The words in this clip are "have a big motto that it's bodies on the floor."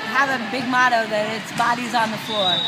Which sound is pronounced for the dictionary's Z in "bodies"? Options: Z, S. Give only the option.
Z